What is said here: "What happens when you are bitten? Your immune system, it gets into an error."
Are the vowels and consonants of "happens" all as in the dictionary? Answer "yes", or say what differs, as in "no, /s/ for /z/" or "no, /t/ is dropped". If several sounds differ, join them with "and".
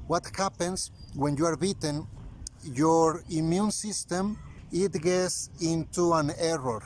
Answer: no, /s/ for /z/